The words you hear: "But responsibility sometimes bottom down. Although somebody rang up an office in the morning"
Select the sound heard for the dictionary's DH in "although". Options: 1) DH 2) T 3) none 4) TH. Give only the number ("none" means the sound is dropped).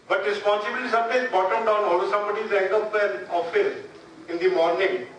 3